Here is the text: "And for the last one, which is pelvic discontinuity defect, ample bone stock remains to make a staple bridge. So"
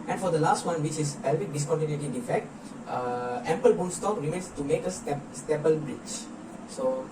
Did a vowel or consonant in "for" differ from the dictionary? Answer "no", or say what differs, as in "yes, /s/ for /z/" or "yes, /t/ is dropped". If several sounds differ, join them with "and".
no